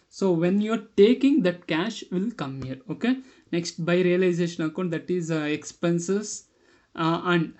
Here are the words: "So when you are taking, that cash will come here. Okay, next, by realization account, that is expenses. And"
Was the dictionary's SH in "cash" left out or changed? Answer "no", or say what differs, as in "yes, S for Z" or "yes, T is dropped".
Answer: no